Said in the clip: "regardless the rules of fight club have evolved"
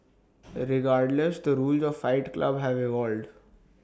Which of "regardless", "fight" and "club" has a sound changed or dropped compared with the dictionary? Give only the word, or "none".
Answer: none